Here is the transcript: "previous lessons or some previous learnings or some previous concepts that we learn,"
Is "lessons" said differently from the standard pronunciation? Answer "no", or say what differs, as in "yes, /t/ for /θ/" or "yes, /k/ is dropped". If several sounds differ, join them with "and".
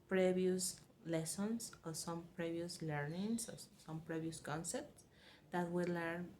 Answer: yes, /s/ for /z/